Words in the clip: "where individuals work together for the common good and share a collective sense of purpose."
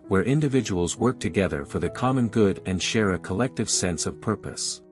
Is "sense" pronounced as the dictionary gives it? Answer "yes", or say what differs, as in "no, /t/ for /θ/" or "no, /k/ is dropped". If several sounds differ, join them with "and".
yes